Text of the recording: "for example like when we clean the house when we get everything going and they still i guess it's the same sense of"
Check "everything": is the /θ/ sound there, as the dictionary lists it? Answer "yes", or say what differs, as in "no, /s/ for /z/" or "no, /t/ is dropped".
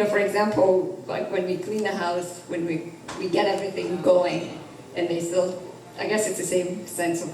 yes